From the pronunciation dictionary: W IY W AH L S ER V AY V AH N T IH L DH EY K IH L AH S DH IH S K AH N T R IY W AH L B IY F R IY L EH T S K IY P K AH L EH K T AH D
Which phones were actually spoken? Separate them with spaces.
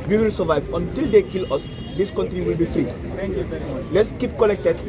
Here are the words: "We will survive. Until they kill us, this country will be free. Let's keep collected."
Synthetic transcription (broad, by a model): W IY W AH L S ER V AY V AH N T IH L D EY K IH L AH S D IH S K AH N T R IY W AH L B IY F R IY L EH T S K IY P K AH L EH K T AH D